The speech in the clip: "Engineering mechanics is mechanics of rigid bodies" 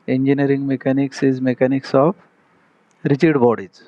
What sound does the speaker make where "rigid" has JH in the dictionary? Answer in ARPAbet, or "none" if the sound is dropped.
CH